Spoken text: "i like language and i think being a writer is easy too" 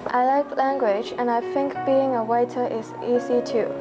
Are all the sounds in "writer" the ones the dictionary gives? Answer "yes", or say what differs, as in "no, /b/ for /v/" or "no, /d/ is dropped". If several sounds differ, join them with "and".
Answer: no, /w/ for /ɹ/